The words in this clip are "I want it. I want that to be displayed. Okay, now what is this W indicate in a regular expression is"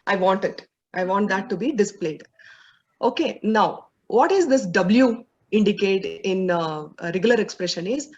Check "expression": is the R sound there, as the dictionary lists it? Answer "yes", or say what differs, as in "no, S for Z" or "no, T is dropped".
yes